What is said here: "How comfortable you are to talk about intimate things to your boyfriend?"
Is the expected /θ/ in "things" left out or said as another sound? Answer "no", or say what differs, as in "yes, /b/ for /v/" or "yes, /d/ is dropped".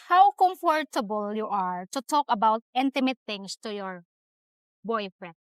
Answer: yes, /t/ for /θ/